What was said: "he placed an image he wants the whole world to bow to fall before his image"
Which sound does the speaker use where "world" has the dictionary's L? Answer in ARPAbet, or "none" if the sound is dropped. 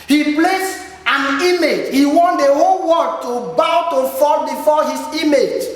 none